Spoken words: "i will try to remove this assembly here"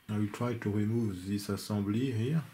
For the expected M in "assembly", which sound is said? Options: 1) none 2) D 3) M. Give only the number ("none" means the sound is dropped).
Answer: 1